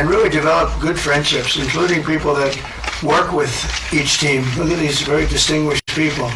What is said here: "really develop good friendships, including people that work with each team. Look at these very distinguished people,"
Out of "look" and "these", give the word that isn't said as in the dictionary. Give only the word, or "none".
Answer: none